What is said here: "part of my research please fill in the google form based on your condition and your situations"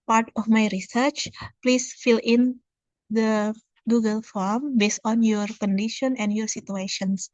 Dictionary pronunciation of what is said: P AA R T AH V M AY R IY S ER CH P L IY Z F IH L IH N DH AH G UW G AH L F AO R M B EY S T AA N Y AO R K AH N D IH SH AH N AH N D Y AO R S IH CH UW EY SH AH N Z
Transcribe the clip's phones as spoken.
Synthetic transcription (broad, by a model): P AA R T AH F M AY R IY S ER CH P L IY S F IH L IH N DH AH G UW G AH L F AO R M B EY S T AA N Y AO R K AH N D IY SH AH N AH N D Y AO R S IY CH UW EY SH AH N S